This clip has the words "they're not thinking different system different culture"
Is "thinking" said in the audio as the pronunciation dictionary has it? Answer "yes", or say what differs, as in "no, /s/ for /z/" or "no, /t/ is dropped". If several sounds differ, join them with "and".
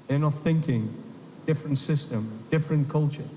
yes